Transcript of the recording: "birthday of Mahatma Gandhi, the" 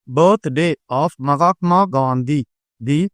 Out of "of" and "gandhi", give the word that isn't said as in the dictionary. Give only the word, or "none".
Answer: of